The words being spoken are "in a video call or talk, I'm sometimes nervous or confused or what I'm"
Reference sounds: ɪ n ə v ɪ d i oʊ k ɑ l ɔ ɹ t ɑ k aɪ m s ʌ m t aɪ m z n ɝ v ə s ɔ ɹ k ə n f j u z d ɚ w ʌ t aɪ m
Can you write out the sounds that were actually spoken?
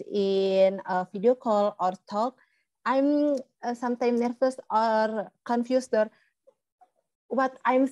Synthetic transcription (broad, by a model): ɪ n ə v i d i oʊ k ɑ l ɔ ɹ t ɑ k aɪ m s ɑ m t aɪ m n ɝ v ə s ɔ ɹ k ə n f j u s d ɚ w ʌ t aɪ m